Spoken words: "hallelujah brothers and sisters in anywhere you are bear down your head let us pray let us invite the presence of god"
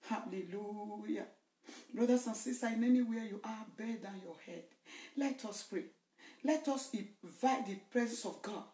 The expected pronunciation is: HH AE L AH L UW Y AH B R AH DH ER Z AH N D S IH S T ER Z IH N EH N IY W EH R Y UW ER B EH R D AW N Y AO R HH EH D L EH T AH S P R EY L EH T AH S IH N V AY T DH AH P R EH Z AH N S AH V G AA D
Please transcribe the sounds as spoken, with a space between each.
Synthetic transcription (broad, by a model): HH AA L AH L UW Y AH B R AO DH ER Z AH N S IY S T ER IH N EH N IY W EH Y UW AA B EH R D AW N Y AO HH EH D L EH T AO S P R EY L EH T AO S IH V AY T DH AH P R EH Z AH N S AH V G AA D